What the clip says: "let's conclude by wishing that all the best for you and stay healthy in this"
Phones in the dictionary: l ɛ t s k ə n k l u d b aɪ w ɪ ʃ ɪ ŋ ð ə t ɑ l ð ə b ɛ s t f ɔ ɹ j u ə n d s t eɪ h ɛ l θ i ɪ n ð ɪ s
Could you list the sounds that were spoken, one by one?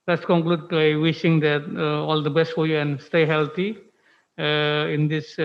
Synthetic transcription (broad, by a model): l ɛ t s k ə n k l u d b aɪ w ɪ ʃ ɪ ŋ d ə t ɑ l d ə b ɛ s t f ɔ ɹ j u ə n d s t eɪ h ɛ l t i ɪ n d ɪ s